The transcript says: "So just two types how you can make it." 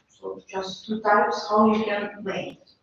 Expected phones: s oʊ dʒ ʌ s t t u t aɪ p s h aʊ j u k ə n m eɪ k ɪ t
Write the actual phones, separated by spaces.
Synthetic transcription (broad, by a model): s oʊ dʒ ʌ s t t u t aɪ p s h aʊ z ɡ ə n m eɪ ɪ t